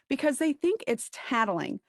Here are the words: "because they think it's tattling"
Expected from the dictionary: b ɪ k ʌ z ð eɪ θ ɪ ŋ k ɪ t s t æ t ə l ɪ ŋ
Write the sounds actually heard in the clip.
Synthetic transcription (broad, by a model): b ɪ k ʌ z ð eɪ θ ɪ ŋ k ɪ t s t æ t l ɪ ŋ